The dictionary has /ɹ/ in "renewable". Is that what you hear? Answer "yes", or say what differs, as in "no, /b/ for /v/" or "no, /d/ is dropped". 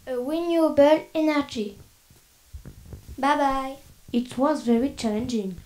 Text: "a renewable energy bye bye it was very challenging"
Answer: no, /w/ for /ɹ/